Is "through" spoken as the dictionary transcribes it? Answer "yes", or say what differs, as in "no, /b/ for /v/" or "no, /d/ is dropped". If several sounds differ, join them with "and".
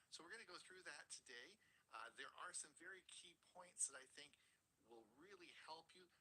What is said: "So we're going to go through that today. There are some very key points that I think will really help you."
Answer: yes